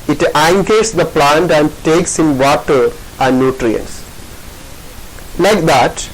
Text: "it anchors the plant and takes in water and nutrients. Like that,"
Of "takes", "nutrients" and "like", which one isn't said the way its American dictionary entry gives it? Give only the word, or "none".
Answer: none